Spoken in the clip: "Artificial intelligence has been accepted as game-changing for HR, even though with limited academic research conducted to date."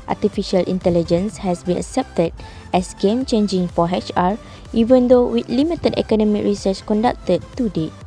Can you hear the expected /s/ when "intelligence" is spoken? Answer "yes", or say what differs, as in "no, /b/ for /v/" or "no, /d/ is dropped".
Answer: yes